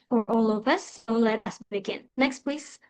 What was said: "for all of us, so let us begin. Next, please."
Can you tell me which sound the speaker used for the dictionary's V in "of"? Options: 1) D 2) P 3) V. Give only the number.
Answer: 2